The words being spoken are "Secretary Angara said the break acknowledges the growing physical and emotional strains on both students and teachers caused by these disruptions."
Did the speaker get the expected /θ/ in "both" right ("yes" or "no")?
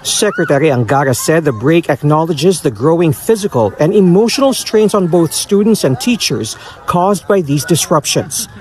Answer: yes